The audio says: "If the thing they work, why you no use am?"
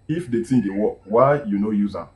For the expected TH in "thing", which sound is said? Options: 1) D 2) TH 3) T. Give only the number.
3